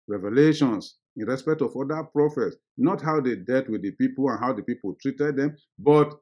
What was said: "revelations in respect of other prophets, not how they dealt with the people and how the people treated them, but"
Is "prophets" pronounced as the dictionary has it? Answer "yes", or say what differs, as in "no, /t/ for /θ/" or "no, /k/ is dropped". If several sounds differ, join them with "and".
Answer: yes